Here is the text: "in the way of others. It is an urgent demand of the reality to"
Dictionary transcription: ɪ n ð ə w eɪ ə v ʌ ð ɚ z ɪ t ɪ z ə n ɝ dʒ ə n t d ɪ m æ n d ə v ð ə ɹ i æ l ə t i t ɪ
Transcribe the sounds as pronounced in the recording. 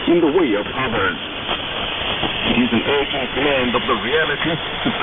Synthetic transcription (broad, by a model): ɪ n ð ə w eɪ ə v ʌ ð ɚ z ɪ t ɪ z ə n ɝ ə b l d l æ n d ə v ð ə ɹ i æ l ə t i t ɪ